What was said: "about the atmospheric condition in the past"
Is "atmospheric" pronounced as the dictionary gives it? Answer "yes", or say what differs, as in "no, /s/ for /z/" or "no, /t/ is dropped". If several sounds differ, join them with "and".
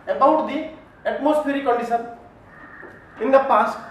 no, /p/ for /f/